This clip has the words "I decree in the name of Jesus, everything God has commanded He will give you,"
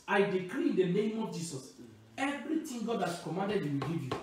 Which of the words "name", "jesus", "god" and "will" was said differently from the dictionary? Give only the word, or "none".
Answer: jesus